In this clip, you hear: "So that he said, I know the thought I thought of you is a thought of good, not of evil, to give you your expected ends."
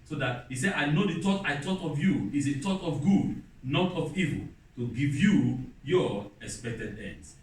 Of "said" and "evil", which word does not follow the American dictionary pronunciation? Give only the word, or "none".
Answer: none